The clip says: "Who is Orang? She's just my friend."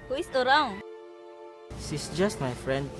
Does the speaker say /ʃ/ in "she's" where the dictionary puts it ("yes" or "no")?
no